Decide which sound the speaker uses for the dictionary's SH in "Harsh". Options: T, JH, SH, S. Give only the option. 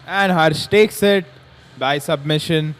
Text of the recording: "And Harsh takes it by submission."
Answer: S